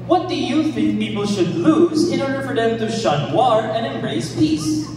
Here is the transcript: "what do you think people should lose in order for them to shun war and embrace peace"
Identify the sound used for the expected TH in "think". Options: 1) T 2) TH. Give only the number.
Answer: 2